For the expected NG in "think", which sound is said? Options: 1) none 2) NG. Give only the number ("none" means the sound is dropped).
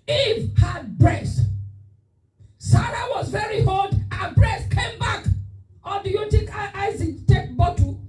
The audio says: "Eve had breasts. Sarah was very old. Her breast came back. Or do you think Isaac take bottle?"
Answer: 1